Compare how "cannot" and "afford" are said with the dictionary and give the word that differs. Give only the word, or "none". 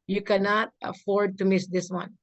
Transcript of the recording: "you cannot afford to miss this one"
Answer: none